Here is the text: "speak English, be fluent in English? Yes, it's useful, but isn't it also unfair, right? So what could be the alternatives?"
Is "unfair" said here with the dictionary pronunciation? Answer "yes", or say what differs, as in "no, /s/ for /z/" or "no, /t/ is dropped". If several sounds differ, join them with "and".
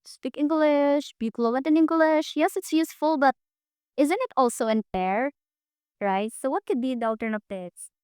no, /p/ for /f/